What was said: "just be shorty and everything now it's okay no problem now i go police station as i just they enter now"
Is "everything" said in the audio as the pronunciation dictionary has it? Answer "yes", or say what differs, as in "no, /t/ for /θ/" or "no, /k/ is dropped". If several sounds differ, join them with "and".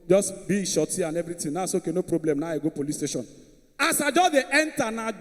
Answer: no, /t/ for /θ/